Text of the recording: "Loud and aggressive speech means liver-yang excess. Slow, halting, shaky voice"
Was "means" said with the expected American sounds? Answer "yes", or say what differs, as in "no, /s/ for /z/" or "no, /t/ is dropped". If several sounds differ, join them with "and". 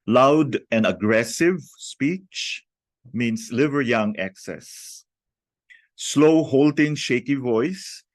no, /s/ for /z/